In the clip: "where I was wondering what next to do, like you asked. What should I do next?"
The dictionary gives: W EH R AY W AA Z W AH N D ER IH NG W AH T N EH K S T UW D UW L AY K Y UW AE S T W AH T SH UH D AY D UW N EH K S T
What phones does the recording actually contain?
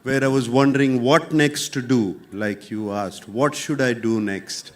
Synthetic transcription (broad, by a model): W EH R AY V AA Z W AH N D ER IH NG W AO T N EH K S T UW D UW L AY K Y UW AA S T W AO T SH UH D AY D UW N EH K S T